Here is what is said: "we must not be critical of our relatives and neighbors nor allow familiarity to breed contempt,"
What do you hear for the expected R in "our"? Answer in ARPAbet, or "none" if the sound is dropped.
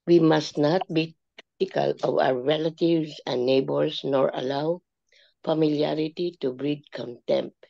W